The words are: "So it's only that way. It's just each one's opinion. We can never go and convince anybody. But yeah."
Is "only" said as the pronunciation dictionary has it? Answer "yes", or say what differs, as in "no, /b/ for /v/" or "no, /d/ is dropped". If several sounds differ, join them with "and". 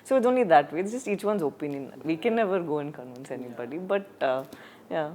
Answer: yes